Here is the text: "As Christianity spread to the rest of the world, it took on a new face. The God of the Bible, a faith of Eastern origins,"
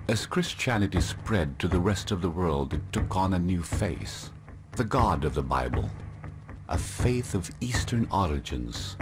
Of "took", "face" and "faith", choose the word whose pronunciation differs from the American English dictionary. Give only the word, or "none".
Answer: none